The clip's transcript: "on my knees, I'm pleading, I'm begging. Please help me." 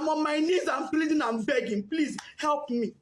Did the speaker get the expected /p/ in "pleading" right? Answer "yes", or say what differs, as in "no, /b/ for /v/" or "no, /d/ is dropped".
no, /f/ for /p/